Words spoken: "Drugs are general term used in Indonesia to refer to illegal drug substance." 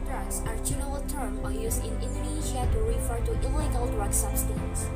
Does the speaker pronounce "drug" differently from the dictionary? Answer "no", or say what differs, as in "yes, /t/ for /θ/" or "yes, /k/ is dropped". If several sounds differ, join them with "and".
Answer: no